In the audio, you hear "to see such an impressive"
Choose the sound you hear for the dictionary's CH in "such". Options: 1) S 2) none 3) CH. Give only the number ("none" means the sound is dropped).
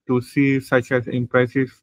3